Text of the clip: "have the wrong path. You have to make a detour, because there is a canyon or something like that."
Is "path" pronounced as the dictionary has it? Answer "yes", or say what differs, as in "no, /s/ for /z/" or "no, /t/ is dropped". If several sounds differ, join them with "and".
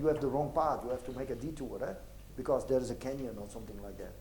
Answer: no, /t/ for /θ/